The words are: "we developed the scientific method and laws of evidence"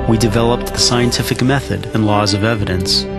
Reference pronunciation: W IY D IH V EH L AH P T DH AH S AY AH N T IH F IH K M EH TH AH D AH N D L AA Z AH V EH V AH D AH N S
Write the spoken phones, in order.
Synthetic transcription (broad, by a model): W IY D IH V EH L AH P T DH AH S AY AH N T IH F IH K M EH TH AH D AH N L AA Z AH V EH V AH D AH N S